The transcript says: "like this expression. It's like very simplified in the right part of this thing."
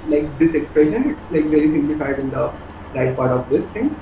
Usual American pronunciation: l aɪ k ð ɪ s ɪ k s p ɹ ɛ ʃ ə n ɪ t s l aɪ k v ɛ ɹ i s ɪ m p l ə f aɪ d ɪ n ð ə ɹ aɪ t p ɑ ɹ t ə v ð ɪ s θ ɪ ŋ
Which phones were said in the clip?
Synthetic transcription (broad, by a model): l aɪ k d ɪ s ɪ k s p ɹ ɛ ʃ ə n ɪ t s l aɪ k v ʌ l i s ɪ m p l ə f aɪ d ɪ n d ə ɹ aɪ t p ɑ ɹ t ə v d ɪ s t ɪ ŋ